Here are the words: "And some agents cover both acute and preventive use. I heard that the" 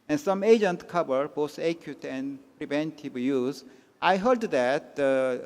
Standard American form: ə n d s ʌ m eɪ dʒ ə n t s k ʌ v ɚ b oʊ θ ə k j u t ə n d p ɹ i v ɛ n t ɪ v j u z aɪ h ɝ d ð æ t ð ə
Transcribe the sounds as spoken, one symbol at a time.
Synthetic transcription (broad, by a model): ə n s ʌ m eɪ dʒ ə n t k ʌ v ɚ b oʊ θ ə k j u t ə n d p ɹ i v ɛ n t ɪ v j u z aɪ h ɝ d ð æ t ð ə